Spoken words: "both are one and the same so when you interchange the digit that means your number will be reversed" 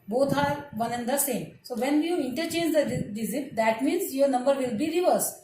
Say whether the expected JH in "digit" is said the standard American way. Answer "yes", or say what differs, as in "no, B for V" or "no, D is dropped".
no, Z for JH